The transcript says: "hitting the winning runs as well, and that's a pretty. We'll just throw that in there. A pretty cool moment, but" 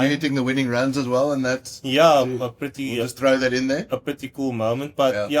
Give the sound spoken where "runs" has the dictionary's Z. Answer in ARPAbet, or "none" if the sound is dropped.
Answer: Z